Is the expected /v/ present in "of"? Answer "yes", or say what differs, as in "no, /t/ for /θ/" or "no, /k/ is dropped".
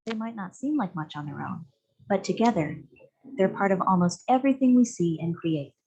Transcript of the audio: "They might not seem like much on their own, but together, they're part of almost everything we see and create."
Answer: yes